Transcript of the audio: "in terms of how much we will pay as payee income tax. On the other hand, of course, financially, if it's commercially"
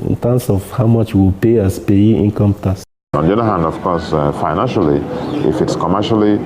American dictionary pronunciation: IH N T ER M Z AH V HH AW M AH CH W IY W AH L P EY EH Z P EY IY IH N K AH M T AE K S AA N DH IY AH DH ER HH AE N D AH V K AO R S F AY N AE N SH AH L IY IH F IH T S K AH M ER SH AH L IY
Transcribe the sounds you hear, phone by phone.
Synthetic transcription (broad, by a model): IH N T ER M S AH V HH AW M AH CH W IY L P EY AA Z P EY IY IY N K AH M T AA S AA N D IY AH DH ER HH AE N D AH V K AO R S F AY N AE N SH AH L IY IH F IH T S K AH M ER SH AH L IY